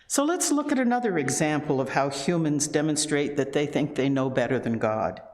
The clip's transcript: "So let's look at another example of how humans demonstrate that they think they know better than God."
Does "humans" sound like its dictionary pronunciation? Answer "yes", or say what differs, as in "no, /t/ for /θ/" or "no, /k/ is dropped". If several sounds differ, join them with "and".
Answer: yes